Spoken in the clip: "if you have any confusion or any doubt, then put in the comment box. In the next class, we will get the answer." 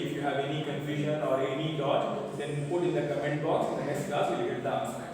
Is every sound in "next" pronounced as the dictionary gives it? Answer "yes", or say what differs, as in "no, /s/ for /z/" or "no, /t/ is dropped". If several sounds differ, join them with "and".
no, /k/ is dropped